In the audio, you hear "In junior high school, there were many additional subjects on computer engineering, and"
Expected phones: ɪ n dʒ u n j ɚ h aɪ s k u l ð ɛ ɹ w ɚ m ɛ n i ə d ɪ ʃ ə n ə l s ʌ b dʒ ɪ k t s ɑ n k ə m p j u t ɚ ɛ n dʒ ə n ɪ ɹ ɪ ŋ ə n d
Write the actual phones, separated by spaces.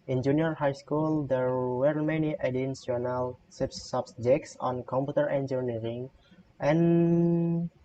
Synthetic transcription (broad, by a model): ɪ n dʒ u n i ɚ h aɪ s k u l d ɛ ɹ w ɚ m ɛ n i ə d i s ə n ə l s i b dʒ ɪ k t s ɑ n k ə m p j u t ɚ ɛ n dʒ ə n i ɹ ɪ ŋ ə n